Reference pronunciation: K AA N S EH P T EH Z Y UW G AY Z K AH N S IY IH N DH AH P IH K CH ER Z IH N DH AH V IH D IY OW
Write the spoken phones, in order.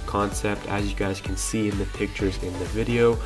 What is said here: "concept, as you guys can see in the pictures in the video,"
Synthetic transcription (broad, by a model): K AA N S EH P T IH Z Y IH G AY Z K N S IY IH N DH AH P IH K CH ER Z IH N DH AH V IH D IY OW